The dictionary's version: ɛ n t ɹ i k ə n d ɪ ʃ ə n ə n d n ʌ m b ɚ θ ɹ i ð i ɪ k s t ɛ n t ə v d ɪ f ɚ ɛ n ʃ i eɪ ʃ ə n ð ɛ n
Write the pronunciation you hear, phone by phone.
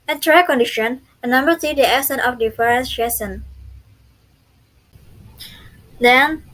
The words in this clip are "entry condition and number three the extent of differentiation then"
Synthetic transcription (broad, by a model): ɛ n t ɹ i k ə n d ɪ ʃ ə n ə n n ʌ m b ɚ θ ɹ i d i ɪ s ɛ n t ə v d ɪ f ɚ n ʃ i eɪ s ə n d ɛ n